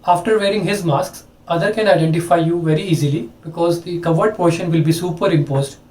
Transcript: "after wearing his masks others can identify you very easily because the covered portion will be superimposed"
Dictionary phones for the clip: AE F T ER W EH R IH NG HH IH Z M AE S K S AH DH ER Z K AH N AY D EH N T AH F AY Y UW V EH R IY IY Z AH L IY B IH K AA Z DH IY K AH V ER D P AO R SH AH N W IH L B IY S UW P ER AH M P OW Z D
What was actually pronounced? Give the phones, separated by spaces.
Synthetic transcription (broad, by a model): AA F T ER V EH R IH NG HH IH Z M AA S K S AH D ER K AH N AY D EH N T AH F AY Y UW V EH R IY IY Z AH L IY B IH K AA Z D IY K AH V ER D P AO R SH AH N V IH L B IY S UW P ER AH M P OW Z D